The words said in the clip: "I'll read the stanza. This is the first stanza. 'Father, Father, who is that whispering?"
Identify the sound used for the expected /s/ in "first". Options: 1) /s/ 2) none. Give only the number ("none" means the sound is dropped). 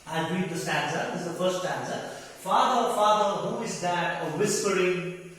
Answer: 2